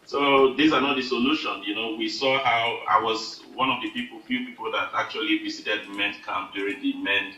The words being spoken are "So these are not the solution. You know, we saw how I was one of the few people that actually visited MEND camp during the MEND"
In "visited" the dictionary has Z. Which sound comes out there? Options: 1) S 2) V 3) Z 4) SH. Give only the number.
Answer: 1